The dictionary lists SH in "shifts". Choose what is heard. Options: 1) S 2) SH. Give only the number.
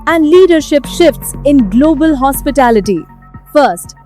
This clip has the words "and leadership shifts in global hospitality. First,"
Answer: 2